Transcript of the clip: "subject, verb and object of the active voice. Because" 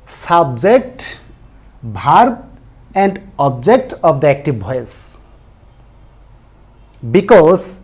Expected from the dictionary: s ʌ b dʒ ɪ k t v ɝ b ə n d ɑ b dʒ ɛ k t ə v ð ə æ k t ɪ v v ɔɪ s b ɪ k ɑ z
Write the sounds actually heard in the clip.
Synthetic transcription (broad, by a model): s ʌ b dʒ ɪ k t b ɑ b ə n d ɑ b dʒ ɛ k t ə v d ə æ k t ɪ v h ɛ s b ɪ k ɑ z